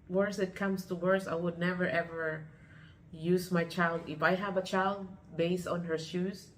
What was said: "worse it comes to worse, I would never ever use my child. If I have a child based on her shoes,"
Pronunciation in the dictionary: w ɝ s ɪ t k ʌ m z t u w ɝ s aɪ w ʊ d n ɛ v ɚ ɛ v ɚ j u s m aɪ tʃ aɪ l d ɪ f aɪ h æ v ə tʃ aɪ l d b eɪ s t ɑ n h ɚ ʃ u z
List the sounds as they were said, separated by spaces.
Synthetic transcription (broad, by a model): w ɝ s ɪ t k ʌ m s t u w ɝ s aɪ w ʊ d n ɛ v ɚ ɛ v ɚ j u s m aɪ tʃ aɪ l d ɪ f aɪ h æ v ə tʃ aɪ l d b eɪ s t ɑ n h ɚ ʃ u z